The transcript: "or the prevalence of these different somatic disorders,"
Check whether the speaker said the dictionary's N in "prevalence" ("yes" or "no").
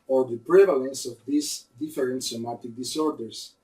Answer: yes